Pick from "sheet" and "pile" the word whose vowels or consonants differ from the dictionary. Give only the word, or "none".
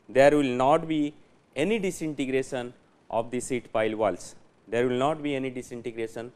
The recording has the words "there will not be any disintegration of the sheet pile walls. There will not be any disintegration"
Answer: sheet